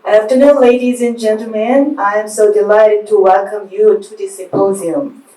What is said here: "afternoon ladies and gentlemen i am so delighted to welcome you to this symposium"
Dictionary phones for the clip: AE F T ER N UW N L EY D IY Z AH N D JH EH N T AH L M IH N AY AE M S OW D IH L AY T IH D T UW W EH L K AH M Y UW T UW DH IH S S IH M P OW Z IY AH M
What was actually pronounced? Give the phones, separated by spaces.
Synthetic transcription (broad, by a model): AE F T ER N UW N L EY D IY Z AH N JH EH N T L M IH N AY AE M S OW D IH L AY T IH D T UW W EH L K AH M Y UW T UW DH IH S S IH M P OW Z IY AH M